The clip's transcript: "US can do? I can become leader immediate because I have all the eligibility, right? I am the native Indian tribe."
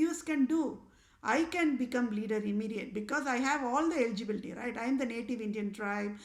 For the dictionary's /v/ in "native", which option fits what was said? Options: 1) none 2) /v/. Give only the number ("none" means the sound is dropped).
2